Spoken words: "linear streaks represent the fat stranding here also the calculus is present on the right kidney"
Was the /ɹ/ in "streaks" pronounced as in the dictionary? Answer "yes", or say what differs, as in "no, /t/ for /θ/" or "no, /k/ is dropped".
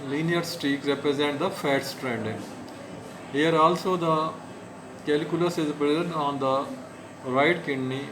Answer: no, /ɹ/ is dropped